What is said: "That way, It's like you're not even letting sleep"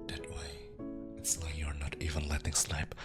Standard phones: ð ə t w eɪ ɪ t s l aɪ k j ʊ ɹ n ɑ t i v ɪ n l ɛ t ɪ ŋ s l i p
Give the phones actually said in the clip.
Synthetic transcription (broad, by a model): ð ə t w eɪ ɪ t s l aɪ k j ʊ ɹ n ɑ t i v ɪ n l ɛ t ɪ ŋ s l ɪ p